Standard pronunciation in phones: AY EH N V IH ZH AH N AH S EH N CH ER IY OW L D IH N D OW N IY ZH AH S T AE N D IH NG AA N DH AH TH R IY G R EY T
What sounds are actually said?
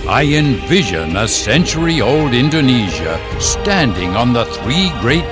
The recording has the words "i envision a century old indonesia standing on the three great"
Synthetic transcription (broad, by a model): AY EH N V IH ZH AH N AH S EH N CH ER IY OW L D IH N D OW N IY ZH AH S T AE N D IH NG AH N DH AH TH R IY G R EY T